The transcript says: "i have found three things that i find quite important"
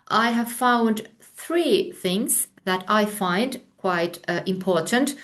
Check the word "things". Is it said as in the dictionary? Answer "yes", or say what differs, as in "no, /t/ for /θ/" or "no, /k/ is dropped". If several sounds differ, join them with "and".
yes